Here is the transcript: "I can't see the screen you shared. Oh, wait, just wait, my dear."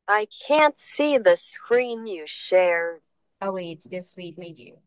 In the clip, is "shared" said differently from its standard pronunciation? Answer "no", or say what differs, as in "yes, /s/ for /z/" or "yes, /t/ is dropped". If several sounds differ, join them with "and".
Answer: yes, /d/ is dropped